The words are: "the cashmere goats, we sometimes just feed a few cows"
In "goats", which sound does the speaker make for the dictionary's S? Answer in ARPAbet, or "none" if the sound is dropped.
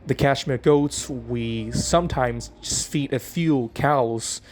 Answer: S